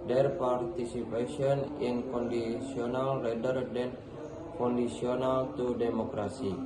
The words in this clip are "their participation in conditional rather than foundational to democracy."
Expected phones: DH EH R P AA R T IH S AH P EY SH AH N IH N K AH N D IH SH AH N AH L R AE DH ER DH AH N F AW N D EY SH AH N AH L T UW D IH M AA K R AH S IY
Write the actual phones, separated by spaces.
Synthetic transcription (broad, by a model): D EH R P AA R T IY S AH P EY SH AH N IH N K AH N D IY S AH N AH L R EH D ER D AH N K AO N D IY S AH N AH L T UW D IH M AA K R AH S IY